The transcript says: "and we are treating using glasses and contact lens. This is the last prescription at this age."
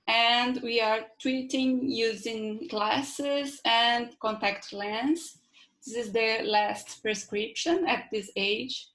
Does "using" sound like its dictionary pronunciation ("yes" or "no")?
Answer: yes